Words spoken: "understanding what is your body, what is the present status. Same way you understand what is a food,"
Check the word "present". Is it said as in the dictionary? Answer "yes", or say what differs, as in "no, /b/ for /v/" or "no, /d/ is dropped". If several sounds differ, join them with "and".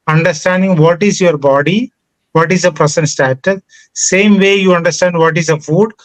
no, /s/ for /z/